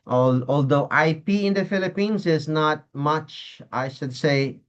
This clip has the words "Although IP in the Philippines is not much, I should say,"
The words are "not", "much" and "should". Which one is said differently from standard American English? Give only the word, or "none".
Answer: none